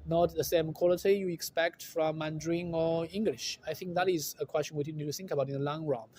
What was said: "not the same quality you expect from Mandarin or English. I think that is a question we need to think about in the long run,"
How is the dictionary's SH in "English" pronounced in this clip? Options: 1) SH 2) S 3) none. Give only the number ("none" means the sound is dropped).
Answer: 1